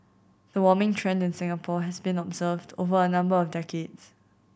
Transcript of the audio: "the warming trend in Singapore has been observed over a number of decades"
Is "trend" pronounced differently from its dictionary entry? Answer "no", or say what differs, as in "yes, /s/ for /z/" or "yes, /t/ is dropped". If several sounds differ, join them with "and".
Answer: no